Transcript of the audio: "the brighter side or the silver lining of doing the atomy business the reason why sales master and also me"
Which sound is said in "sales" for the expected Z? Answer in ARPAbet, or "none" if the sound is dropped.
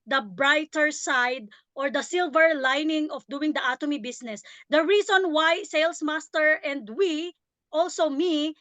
S